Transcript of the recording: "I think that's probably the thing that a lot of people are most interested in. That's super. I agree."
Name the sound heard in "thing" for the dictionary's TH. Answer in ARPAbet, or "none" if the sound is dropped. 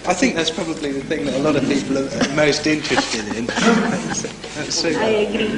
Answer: TH